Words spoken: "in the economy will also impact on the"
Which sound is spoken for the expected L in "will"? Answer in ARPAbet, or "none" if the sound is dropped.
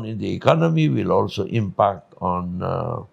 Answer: L